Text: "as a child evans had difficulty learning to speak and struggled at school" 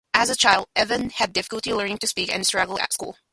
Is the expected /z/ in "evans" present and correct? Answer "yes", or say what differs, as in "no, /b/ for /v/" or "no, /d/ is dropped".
no, /z/ is dropped